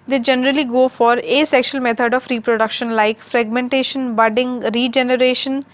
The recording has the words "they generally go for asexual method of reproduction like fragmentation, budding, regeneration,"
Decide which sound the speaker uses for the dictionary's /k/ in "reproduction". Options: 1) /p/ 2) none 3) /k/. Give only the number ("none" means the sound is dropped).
3